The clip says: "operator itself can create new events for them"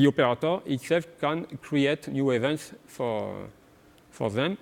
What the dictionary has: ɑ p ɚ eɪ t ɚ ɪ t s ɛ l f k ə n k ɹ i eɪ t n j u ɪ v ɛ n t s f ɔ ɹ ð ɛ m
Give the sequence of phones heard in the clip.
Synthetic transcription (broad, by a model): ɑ p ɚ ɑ t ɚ ɪ t s ɛ l f k ə n k ɹ i eɪ t n j u ɪ v ɛ n t s f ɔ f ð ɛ m